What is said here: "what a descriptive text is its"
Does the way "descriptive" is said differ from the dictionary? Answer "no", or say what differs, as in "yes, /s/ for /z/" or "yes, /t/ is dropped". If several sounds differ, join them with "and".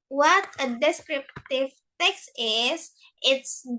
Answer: no